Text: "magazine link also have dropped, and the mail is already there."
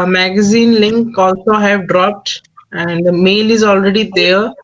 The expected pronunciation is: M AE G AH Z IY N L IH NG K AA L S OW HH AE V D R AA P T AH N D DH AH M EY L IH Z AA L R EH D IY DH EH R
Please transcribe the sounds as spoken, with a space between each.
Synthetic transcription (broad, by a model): M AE G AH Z IY N L IH NG K AA L S OW HH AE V D R AA P T AH N D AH M EY L IH Z AA L R EH D IY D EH R